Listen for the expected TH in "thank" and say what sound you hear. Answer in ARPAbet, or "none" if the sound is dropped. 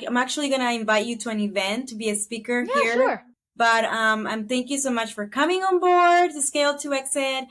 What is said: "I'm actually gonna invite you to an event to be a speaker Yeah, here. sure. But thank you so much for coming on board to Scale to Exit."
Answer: TH